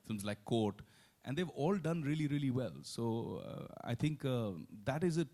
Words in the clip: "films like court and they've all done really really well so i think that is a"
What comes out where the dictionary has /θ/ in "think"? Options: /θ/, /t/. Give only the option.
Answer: /t/